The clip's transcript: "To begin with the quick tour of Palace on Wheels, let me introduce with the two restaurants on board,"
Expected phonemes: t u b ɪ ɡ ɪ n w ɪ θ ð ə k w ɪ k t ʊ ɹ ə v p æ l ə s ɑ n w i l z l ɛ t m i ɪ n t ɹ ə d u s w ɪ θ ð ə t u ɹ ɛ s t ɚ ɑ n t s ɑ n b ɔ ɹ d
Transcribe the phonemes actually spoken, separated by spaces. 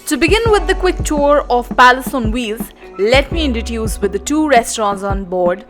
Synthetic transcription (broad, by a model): t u b ɪ ɡ ɪ n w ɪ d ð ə k w ɪ k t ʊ ɹ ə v p æ l ə s ɑ n w i l z l ɛ t m i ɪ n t ə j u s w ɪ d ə t u ɹ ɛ s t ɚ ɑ n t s ɑ n b ɔ ɹ d